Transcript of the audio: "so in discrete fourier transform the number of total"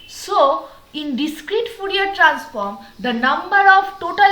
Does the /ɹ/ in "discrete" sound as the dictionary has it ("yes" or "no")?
yes